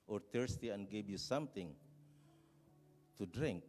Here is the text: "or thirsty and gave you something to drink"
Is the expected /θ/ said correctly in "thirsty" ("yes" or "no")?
no